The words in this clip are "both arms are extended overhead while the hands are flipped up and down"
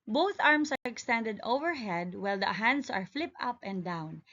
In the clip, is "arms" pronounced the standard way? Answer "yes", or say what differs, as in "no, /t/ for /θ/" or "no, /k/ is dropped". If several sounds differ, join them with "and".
no, /s/ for /z/